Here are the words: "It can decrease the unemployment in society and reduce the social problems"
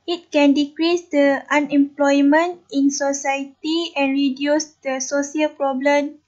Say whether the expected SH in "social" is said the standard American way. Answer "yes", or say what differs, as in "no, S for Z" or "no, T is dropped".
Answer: no, S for SH